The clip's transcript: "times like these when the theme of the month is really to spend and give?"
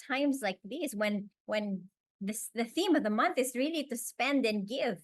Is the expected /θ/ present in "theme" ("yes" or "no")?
yes